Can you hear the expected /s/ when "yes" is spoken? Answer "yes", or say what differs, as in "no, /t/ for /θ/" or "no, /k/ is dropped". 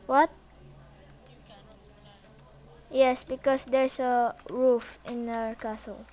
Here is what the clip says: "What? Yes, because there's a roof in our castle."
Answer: yes